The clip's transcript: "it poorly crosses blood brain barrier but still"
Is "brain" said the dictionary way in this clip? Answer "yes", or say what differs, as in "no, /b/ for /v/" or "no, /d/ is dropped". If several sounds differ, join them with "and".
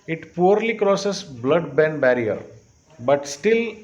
no, /ɹ/ is dropped